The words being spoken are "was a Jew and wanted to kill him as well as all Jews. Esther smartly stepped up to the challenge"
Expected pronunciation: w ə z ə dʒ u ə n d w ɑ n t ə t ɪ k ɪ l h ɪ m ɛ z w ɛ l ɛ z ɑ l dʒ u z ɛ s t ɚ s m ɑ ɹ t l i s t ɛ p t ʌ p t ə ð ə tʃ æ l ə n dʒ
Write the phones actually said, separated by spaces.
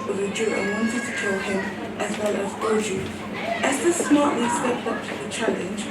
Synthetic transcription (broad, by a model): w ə ə dʒ u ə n w ɑ n t ə t ɪ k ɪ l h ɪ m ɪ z w ɛ l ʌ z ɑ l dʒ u ɛ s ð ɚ s m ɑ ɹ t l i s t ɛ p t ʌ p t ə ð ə tʃ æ l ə n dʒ